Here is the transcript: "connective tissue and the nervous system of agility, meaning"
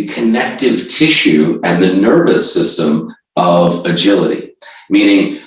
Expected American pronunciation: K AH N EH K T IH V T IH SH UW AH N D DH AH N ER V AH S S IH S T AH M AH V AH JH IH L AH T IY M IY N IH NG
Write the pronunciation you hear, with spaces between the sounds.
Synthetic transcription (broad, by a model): K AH N EH K T IH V T IH SH UW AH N DH AH N ER V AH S S IH S T AH M AH V AH JH IH L AH T IY M IY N IH NG